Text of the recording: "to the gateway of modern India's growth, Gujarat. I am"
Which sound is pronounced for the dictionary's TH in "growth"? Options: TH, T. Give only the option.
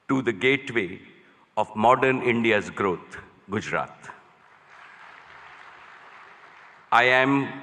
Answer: T